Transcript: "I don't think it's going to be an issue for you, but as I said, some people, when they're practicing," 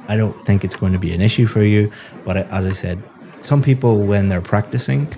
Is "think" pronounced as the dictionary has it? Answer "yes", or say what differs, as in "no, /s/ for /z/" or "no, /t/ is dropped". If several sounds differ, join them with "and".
yes